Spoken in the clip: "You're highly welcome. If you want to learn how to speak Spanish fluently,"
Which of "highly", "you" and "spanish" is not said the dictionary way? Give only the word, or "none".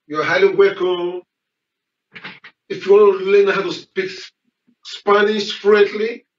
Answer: spanish